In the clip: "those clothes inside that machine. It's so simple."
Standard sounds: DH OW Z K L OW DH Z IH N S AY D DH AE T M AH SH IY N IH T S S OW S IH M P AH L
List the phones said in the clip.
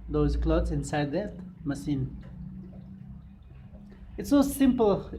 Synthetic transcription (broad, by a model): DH OW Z K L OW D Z IH N S AY D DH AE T M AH S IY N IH T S S OW S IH M P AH L